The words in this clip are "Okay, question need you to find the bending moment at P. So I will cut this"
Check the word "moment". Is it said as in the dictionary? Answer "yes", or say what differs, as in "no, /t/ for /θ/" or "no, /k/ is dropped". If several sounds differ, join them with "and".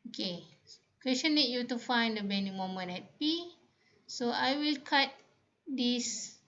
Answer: no, /t/ is dropped